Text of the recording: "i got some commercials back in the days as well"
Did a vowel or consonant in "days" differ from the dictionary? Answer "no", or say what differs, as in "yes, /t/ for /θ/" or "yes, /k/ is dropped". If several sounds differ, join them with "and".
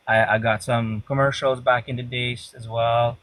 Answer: yes, /s/ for /z/